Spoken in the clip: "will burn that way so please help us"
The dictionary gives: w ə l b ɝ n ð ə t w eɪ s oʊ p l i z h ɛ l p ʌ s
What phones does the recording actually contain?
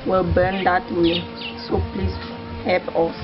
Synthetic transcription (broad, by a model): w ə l b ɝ n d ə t w eɪ s oʊ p l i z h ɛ p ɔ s